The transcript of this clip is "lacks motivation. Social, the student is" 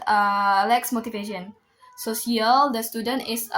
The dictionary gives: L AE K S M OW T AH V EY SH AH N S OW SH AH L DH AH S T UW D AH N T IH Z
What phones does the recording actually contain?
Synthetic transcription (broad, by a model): L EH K S M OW T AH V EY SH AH N S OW S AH L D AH S T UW D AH N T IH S